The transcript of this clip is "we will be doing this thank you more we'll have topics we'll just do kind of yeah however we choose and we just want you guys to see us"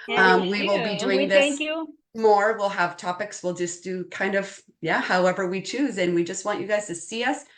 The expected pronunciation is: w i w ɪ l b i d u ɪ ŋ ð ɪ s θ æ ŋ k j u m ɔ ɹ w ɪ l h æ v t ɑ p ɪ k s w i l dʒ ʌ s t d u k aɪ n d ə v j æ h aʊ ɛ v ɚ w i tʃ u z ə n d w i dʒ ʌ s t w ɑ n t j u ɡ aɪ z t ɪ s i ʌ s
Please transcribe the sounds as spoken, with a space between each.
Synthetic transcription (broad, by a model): w i w ɪ l b i d u ɪ ŋ ð ɪ s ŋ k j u m ɔ ɹ w ɪ l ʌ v t ɑ p ɪ k s w i l dʒ ʌ s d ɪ k aɪ n d ə v j æ h aʊ ɛ v ɚ w i tʃ u z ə n w i dʒ ʌ s t w ɑ n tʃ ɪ ɡ aɪ z t ɪ s i ʌ s